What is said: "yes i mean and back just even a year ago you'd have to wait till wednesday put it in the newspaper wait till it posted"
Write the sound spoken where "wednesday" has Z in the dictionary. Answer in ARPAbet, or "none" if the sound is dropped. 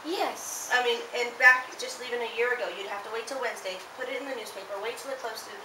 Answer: Z